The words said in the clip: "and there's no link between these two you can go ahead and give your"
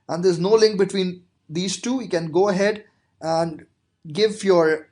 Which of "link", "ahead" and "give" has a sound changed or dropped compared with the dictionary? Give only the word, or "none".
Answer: none